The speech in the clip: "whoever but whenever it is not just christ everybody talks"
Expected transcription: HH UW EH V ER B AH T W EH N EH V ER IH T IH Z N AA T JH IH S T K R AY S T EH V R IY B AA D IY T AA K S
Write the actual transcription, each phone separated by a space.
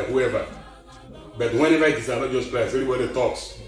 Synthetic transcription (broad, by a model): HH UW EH V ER B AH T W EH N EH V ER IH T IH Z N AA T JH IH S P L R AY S EH R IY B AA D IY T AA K S